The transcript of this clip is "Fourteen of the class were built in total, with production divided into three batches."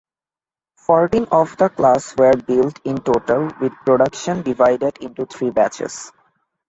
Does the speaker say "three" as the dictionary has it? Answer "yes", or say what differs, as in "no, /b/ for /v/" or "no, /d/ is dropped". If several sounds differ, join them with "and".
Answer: no, /t/ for /θ/